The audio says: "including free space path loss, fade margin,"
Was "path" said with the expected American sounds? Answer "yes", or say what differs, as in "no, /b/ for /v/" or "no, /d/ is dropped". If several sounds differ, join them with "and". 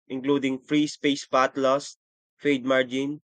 no, /t/ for /θ/